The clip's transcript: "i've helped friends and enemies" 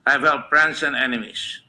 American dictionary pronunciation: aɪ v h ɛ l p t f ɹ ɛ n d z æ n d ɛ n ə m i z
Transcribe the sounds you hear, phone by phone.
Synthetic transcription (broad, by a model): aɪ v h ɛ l t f ɹ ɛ n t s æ n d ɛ n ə m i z